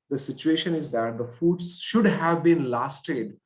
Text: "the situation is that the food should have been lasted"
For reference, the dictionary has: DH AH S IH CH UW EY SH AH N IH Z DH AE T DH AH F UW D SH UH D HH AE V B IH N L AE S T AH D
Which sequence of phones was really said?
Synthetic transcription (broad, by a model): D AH S IH CH UW EY SH AH N IH Z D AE T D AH F UW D SH UH D HH AE V B IH N L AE S T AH D